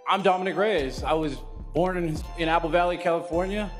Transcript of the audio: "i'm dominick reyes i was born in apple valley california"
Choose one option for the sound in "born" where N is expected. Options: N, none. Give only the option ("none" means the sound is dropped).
N